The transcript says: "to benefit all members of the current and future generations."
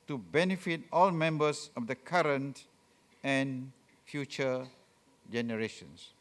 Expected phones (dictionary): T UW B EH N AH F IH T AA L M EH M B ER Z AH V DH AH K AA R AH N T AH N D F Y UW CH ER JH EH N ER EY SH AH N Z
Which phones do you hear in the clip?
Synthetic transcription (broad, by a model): T UW B EH N AH F IH T AA L M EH M B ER S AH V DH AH K AA R AH N T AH N F Y UW CH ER JH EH N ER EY SH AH N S